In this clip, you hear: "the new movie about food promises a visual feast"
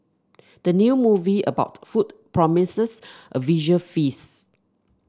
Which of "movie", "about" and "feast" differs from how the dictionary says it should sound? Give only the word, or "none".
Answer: feast